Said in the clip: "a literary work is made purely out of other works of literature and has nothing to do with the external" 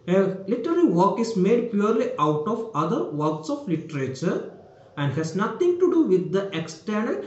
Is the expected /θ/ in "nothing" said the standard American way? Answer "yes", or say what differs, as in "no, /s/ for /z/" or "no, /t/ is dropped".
no, /t/ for /θ/